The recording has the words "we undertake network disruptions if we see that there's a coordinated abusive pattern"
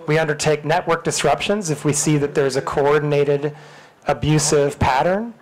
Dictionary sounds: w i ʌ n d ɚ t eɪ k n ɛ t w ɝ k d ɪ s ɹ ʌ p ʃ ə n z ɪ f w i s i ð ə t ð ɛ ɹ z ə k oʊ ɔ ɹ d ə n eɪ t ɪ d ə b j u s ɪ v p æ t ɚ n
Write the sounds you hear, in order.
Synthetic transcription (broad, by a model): w i ʌ n d ɚ t eɪ k n ɛ t w ɝ k d ɪ s ɹ ʌ p ʃ ə n z ɪ f w i s i ð ə t ð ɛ ɹ z ə k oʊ ɔ ɹ d n eɪ t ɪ d ə b j u s ɪ v p æ t ɚ n